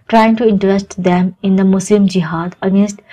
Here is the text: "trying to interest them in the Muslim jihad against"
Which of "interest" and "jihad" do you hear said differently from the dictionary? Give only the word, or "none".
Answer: none